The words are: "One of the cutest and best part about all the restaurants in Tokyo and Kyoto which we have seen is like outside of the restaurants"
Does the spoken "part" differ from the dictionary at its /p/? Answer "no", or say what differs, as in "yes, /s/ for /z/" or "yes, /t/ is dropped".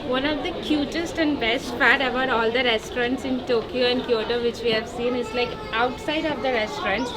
yes, /f/ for /p/